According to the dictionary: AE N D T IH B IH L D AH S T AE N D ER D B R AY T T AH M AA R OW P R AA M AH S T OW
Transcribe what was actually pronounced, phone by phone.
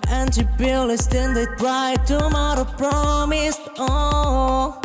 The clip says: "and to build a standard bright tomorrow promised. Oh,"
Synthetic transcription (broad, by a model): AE N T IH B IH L AH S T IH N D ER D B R AY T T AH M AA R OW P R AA M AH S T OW